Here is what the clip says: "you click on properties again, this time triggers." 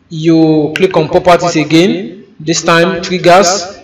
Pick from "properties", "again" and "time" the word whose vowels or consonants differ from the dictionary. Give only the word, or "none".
properties